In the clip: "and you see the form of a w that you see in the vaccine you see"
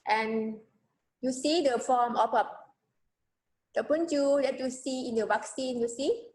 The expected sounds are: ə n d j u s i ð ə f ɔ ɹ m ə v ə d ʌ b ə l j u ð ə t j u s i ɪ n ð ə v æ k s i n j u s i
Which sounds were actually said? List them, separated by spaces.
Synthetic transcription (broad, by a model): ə n j u s i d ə f ɔ m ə p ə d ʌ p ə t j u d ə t j u s i ɪ n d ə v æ k s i n j u s i